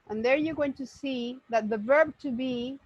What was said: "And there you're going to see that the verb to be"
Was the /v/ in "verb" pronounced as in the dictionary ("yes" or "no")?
yes